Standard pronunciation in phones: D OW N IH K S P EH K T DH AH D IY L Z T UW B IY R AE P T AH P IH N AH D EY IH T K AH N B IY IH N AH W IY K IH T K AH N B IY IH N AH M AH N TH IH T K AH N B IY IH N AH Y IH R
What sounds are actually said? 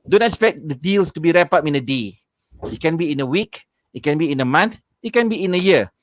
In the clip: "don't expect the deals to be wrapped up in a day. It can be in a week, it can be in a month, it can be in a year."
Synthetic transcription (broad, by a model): D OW N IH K S P EH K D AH D IY L S T UW B IY R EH P AH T IH N AH D EY IH T K AH N B IY IH N AH W IY K IH T K AH N B IY IH N AH M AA N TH IH T K AH N B IY IH N AH Y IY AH